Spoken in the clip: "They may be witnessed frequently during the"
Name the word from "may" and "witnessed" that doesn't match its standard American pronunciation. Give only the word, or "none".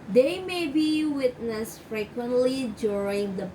none